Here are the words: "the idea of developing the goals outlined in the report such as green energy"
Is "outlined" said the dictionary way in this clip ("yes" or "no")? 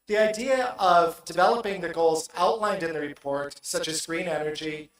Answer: yes